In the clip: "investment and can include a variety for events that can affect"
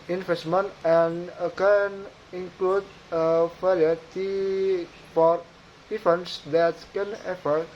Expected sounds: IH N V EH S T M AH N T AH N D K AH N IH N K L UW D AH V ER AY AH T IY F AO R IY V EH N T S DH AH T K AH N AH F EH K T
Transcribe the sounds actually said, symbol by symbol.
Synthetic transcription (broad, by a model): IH N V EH S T M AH N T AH N K AH N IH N K L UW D AH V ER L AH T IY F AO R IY F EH N S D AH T K AH N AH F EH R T